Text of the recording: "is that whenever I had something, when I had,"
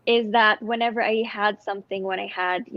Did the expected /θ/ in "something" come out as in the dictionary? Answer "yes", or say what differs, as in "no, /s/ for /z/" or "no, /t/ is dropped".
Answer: yes